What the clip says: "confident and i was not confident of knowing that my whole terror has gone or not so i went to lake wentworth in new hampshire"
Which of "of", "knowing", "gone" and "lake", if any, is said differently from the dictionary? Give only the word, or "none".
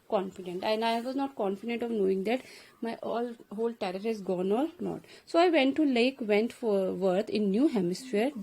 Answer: none